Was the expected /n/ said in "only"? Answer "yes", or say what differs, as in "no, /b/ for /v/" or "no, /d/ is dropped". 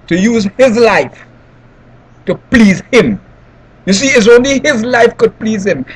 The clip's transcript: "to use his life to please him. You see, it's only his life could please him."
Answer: yes